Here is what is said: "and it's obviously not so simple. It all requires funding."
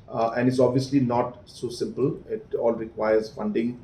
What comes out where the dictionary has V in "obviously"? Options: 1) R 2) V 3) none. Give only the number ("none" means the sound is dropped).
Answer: 2